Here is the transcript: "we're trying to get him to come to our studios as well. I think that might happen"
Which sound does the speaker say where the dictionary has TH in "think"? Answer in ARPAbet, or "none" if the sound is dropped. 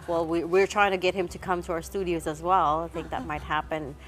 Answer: TH